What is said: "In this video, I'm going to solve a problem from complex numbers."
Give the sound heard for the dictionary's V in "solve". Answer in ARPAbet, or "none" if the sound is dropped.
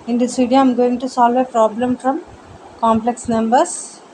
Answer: V